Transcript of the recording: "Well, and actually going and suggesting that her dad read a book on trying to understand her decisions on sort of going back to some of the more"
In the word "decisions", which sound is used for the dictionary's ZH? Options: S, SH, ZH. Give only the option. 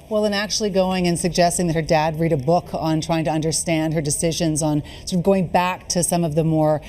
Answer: ZH